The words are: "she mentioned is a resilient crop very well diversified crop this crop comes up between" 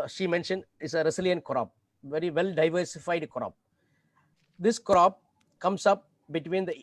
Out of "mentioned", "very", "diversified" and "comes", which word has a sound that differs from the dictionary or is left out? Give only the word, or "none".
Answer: comes